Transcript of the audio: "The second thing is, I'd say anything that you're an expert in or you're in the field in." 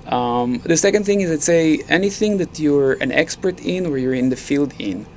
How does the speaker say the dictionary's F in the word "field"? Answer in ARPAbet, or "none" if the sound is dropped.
F